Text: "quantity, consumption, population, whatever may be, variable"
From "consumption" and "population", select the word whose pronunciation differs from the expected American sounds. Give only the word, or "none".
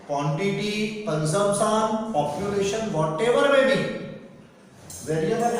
consumption